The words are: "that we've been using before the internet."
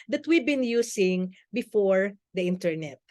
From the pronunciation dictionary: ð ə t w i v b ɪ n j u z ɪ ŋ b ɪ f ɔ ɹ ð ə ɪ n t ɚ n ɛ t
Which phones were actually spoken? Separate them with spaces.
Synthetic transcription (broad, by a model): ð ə t w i b ɪ n j u s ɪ ŋ b ɪ f ɔ ɹ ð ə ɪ n t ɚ n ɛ t